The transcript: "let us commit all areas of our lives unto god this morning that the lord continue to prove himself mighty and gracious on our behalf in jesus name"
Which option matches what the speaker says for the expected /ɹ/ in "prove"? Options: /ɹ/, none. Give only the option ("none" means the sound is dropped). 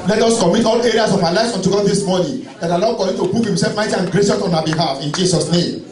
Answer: none